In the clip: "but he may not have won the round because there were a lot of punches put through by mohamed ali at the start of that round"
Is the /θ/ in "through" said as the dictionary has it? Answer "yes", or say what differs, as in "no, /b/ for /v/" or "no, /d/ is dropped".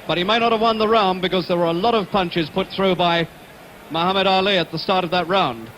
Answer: yes